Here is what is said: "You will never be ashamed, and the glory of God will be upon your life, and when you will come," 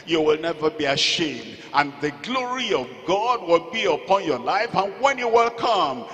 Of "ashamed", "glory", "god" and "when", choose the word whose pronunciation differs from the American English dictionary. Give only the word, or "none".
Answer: none